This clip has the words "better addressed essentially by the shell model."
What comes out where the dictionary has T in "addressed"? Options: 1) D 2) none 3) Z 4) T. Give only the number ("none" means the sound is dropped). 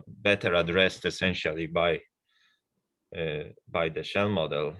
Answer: 4